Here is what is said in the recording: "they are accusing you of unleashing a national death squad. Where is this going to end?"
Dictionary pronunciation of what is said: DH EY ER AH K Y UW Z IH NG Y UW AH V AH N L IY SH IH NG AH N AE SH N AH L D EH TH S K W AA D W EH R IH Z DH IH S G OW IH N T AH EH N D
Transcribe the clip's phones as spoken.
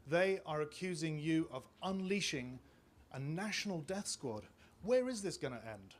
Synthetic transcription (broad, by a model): DH EY ER AH K Y UW Z IH NG Y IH AH V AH N L IY SH IH NG AH N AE SH N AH L D EH TH S K W AA D W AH R IH Z DH IH S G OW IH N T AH EH N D